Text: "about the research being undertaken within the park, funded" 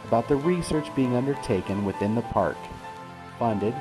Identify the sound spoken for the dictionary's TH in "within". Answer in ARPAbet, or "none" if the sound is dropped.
TH